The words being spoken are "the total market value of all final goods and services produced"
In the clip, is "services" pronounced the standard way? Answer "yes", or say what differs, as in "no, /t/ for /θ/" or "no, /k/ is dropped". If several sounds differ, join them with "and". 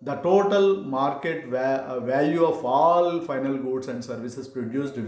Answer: no, /s/ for /z/